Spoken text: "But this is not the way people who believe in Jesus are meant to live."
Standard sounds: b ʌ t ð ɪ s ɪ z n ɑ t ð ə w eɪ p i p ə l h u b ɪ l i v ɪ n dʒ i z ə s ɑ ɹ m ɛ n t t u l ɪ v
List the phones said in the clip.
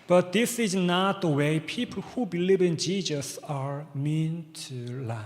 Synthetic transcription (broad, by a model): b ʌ t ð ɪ s ɪ z n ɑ t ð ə w eɪ p i p ə l h u b ɪ l i v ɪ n dʒ i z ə s ɑ ɹ m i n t t u l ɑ